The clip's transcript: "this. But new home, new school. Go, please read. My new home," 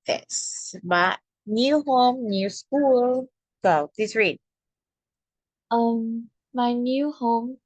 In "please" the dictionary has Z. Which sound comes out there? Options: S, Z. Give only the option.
S